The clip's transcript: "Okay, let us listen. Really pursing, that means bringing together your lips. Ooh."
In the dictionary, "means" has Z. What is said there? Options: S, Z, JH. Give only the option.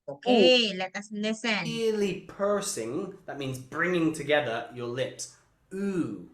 Z